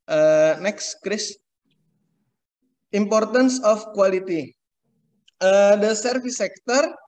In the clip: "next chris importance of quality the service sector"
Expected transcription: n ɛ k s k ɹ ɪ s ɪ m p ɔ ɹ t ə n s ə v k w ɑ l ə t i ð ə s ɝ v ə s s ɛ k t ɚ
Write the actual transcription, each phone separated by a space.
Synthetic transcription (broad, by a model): n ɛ k s k ɹ ɪ s ɪ m p ɔ ɹ t ə n s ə f k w ɑ l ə t i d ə s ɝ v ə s s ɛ k t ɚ